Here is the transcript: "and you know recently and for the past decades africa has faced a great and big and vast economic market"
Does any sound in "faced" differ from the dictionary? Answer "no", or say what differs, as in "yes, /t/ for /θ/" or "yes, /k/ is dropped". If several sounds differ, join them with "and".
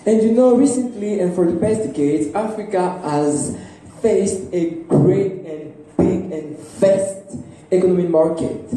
no